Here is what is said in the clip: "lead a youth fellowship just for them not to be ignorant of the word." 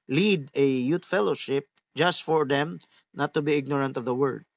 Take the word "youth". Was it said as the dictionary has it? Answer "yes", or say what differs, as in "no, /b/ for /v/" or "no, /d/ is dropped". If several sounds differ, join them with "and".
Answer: no, /t/ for /θ/